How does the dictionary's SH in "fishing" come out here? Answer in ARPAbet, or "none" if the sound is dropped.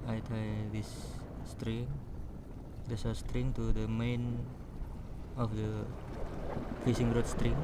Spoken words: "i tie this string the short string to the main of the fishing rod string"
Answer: S